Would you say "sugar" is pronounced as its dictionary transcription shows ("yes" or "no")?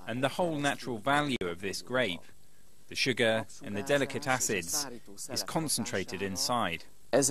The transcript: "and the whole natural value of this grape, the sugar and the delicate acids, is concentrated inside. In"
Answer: yes